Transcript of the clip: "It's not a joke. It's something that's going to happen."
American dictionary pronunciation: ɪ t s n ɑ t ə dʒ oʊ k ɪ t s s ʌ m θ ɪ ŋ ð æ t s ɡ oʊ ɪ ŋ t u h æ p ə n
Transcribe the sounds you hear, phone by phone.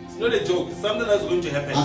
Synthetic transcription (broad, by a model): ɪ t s n ɑ t ə dʒ oʊ ɪ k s s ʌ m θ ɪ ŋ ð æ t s ɡ oʊ ɪ ŋ t u h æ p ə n